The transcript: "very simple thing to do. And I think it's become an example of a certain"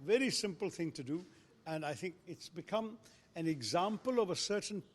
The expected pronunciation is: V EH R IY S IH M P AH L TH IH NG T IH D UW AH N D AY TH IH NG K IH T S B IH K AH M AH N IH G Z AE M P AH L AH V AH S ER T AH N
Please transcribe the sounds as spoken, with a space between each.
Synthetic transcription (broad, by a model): V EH R IY S IH M P AH L TH IH NG T IH D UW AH N AY TH IH NG K IH T S B IH K AH M AH N IH G Z AE M P AH L AH V AH S ER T N